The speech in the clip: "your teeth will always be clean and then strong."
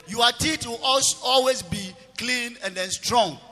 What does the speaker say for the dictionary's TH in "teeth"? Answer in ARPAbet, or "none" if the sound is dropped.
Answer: T